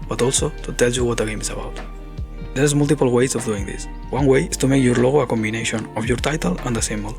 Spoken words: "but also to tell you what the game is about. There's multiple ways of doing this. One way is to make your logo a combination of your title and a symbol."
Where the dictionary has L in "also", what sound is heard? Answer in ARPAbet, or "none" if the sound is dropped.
L